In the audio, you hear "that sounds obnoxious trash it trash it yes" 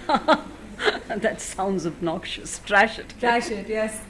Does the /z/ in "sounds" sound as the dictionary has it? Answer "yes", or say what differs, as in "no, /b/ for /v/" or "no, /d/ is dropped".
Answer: yes